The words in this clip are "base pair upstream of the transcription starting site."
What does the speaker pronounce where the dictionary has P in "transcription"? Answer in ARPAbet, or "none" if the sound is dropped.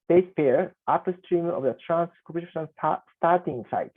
none